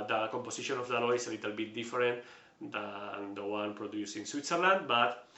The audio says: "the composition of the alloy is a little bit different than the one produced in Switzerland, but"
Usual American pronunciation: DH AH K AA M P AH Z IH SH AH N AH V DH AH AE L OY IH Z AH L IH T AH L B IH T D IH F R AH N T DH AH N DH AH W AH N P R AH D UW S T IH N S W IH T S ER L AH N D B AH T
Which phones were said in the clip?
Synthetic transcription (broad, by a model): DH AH K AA M P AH S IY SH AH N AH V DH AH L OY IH S AH L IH T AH L B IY T D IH F R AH N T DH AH N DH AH W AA N P R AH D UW S IH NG S W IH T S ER L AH N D B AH T